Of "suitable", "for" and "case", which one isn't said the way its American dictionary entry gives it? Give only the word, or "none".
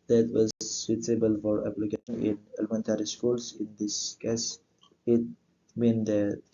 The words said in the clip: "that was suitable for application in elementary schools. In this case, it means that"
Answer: suitable